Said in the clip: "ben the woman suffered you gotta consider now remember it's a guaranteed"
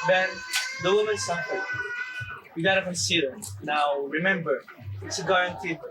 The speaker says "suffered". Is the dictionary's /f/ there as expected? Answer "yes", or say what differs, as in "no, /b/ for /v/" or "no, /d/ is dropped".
no, /p/ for /f/